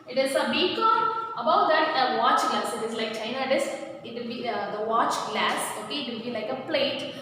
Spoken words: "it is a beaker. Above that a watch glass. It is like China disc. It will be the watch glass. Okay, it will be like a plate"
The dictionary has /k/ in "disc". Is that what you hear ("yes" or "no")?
no